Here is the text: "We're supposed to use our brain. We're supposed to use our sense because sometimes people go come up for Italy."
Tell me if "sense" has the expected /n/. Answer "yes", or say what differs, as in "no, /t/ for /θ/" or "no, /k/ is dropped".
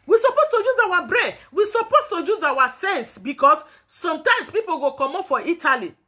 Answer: yes